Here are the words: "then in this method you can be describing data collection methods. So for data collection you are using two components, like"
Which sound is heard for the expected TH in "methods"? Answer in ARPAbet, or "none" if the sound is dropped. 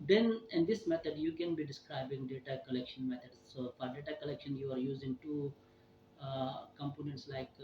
T